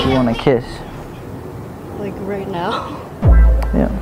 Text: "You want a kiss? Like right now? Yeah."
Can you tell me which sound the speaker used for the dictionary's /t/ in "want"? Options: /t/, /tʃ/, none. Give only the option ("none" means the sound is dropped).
none